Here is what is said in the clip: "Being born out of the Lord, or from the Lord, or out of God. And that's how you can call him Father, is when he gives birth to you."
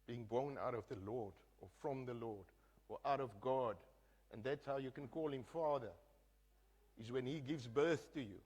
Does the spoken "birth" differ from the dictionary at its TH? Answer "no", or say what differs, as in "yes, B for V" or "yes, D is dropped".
no